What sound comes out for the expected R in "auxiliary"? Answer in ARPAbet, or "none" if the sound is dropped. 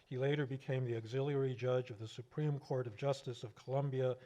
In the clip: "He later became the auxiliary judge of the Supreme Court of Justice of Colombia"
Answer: R